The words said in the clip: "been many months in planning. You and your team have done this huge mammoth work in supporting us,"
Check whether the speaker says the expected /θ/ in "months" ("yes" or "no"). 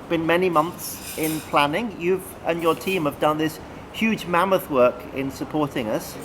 yes